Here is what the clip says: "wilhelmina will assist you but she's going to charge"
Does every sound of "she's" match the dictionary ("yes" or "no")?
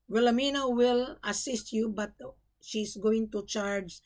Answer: no